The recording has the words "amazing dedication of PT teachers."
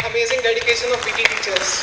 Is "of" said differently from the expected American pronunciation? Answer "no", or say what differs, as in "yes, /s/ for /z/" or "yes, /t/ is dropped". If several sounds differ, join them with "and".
yes, /b/ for /v/